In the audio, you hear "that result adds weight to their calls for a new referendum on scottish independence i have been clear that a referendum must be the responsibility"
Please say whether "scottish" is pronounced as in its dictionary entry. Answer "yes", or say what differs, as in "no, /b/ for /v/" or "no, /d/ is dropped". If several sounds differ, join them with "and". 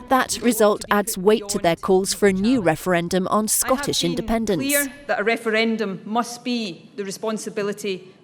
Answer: yes